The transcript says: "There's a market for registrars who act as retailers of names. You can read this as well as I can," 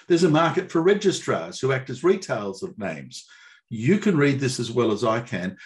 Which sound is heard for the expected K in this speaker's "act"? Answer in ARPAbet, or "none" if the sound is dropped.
K